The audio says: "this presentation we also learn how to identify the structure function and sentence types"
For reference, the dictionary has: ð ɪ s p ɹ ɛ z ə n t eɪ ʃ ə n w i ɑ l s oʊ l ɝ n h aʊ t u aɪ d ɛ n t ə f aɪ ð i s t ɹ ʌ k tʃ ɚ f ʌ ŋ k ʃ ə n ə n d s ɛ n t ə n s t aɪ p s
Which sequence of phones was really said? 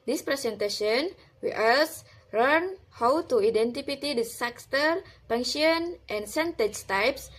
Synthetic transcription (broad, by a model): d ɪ s p ɹ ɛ s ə n t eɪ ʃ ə n w i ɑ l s l ɝ n h aʊ t u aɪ d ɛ n t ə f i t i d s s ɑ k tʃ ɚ p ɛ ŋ ʃ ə n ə n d s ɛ n t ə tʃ t aɪ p s